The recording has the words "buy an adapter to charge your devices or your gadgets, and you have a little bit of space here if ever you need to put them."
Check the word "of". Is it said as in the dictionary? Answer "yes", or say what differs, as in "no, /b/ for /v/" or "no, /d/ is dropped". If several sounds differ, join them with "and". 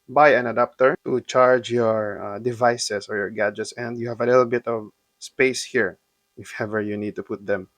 yes